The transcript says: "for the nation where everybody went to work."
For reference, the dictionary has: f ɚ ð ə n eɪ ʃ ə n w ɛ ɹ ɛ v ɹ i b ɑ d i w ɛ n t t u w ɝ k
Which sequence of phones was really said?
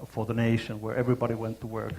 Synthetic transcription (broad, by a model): f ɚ ð ə n eɪ ʃ ə n w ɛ ɹ ɛ v ɹ i b ɑ d i w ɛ n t t u w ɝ k